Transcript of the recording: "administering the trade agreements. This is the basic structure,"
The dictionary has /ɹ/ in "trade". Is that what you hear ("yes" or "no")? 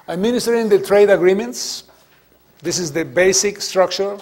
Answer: yes